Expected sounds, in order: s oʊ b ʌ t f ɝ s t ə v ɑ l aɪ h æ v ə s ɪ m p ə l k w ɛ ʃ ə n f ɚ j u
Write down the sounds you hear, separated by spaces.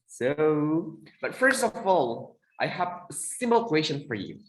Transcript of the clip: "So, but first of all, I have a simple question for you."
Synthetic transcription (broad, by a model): s oʊ b ʌ t f ɝ s t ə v ɑ l aɪ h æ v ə s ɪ m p l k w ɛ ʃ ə n f ɚ j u